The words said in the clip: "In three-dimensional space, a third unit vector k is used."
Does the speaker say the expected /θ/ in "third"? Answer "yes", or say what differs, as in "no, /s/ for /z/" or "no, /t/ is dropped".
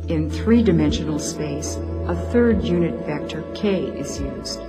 yes